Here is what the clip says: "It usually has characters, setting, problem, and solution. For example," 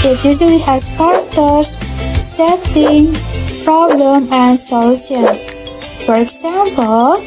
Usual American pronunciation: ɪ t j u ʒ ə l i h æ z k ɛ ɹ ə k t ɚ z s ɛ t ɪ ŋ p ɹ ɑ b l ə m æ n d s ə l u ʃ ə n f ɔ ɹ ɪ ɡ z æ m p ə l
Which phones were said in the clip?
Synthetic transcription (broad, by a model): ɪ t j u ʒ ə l i h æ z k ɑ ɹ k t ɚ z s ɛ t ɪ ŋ p ɹ ɑ b l ə m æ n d s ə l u s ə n f ɔ ɹ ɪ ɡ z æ m p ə l